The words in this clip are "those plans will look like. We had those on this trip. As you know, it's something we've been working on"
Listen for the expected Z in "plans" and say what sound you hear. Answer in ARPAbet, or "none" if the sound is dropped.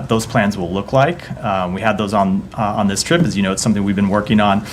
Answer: Z